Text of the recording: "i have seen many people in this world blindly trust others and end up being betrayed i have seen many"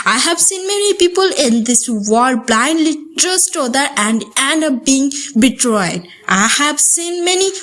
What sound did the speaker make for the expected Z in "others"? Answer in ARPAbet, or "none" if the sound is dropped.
none